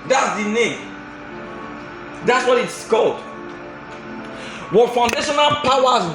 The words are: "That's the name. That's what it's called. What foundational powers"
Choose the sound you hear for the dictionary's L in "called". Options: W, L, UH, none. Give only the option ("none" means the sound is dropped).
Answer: L